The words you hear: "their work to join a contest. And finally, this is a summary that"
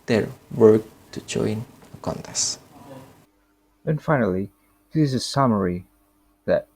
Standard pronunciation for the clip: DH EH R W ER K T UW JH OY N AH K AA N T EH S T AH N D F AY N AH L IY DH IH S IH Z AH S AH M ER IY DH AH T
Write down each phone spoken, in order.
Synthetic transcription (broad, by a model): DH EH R W ER K T UW JH OY N AH K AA N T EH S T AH N F AY N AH L IY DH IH IH Z AH S AH M ER IY DH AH T